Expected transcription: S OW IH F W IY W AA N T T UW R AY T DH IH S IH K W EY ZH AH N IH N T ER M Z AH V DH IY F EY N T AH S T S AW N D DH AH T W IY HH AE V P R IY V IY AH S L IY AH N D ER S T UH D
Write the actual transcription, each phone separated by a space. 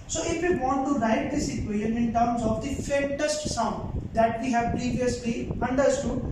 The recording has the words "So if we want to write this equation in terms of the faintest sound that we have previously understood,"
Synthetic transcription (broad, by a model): S OW IH F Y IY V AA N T T UW R AY T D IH S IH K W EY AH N IH N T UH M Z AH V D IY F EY T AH S T S AW N D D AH T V IY HH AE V P R IY V IY AH S L IY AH N D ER S T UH D